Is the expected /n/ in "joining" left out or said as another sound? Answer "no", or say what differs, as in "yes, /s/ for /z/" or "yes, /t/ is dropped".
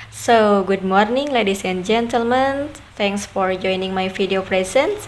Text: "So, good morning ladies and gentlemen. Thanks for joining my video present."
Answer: no